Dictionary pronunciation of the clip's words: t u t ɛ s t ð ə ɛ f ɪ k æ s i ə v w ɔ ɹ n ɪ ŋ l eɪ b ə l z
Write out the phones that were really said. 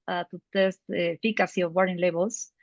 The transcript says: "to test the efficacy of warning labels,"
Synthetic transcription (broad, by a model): t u t ɛ s t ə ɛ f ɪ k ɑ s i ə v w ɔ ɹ ɪ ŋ l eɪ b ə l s